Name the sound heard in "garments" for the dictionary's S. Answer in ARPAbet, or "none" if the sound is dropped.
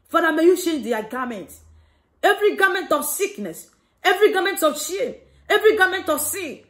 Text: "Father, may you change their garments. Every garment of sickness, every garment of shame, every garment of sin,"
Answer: none